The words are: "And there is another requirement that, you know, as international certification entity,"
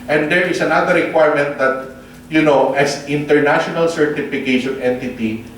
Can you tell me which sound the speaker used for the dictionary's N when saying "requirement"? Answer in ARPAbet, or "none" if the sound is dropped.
N